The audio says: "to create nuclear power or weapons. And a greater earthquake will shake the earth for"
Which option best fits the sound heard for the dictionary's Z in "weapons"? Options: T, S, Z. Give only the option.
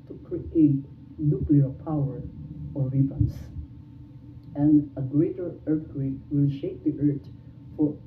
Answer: S